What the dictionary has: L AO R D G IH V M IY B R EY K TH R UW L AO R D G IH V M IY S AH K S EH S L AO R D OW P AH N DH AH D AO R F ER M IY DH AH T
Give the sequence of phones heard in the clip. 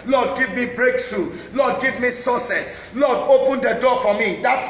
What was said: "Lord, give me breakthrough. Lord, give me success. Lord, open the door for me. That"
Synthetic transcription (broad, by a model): L AO D G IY V M IY B R EY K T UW L AO D G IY V M IY S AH S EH S L AO D OW P AH N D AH D AO F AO M IY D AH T